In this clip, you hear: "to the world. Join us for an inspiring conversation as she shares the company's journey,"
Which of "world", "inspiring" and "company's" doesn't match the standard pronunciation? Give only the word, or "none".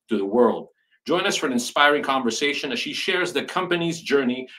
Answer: none